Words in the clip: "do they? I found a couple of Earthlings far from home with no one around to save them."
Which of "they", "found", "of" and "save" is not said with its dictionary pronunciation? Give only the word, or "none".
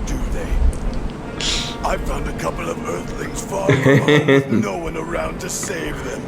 none